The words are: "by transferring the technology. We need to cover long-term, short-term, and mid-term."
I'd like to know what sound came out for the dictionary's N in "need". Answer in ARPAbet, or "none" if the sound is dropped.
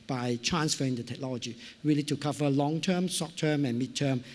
L